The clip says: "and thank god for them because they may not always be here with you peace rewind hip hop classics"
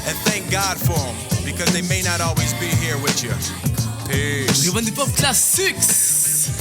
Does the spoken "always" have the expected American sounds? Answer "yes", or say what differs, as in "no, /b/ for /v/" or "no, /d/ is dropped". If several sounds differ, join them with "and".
yes